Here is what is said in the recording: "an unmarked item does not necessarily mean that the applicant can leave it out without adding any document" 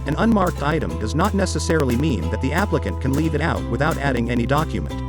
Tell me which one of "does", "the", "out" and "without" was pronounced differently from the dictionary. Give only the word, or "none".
none